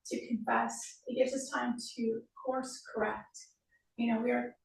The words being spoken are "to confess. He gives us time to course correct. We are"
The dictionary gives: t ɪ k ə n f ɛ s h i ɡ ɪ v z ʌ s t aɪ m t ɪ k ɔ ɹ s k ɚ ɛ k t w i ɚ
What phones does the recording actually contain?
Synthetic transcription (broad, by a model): t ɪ k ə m f ɛ s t ɡ ɪ v z ʌ s t aɪ m t ɪ k ɔ ɹ s k ɚ ɛ k t w i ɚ